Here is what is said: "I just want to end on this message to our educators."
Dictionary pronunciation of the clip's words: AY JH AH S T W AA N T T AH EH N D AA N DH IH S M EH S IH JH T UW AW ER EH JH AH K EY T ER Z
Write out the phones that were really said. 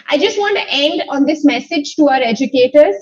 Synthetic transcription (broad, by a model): AY JH AH S T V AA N T T EH N D AA N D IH S M EH S IH JH T UW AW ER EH JH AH K EY T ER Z